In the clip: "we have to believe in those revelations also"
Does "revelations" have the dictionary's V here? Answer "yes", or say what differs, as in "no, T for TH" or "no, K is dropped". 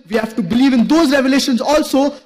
yes